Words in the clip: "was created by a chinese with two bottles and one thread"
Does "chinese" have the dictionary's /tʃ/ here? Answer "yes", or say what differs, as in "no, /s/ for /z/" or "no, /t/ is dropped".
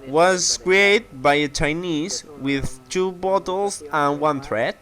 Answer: yes